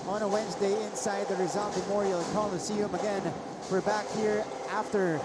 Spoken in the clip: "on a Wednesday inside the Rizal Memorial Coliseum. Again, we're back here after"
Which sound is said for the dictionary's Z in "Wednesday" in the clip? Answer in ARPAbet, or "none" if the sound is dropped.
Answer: Z